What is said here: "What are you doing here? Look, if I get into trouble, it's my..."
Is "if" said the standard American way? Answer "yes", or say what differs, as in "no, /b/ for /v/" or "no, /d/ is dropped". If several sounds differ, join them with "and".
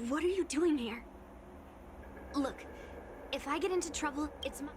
yes